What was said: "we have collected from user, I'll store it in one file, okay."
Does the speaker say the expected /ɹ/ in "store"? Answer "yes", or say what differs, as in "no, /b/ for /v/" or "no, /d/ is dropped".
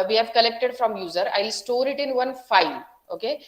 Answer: yes